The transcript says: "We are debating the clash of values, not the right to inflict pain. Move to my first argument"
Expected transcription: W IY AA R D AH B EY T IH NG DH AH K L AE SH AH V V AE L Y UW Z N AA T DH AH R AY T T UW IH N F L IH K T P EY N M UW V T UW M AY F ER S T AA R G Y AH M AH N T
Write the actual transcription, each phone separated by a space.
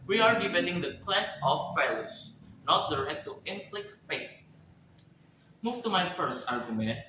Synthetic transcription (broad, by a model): W IY AA R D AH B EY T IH NG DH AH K L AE S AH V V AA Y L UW S N AA T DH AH R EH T T UW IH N P L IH K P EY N M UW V T UW M AY F ER S T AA R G Y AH M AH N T